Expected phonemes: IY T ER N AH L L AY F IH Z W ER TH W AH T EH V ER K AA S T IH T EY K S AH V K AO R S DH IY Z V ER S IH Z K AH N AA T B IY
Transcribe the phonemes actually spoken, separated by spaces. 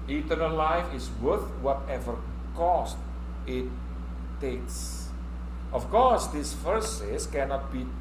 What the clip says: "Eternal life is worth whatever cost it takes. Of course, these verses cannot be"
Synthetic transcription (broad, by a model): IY T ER N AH L L AY F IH S W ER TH W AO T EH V ER K AA S T IH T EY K S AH F K AO R S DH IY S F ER S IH S K AH N AA T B IY